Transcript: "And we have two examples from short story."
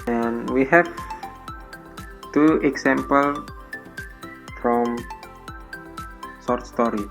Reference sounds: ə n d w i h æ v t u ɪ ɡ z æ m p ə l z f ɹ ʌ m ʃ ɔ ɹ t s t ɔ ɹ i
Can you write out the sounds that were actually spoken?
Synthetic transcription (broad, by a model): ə n w i h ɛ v t u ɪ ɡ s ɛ m p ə l f ɹ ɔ m s ɔ ɹ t s t ɔ ɹ i